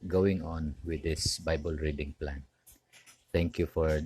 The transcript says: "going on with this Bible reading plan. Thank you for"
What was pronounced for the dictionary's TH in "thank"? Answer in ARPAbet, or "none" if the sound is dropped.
T